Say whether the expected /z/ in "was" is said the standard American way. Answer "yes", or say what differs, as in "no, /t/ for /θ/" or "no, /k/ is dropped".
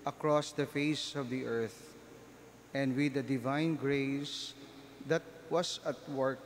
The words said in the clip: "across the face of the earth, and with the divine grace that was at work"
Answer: no, /s/ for /z/